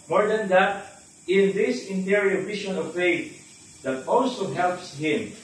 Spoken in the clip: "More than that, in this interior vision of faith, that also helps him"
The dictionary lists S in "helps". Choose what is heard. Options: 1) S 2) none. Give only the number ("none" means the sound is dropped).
1